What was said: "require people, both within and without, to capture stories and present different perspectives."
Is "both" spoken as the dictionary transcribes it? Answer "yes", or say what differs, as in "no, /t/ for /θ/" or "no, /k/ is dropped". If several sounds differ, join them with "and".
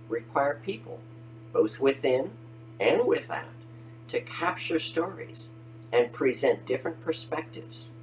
yes